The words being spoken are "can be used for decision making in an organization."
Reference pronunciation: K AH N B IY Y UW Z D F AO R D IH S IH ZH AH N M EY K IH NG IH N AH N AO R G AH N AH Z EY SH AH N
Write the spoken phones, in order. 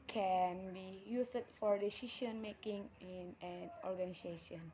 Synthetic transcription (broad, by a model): K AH N B IY Y UW S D F AO R D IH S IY SH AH N M EY K IH NG IH N AH N AO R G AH N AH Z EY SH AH N